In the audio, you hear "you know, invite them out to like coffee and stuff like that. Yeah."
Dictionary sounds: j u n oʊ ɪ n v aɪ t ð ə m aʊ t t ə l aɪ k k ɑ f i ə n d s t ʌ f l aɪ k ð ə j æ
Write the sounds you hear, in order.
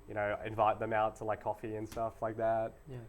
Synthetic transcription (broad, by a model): j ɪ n oʊ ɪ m v aɪ t ð ə m aʊ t t ə l aɪ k k ɑ f i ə n s t ʌ f l aɪ k ð ə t